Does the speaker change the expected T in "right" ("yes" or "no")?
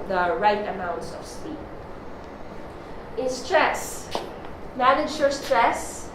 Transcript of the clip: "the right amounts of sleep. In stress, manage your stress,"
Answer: no